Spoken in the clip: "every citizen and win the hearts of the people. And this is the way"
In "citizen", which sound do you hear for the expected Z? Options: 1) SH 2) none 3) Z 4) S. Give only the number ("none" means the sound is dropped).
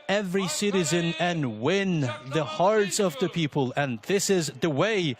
3